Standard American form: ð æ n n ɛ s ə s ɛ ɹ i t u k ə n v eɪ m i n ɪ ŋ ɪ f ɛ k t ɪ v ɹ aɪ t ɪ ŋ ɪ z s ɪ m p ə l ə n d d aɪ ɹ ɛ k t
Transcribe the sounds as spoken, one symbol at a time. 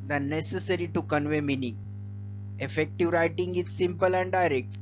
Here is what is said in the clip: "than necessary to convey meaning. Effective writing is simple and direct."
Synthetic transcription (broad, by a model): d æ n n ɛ s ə s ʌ ɹ i t u k ə n v eɪ m i n ɪ ŋ ɪ f ɛ k t ɪ v ɹ aɪ t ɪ ŋ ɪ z s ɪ m p ə l ə n d d aɪ ɹ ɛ k t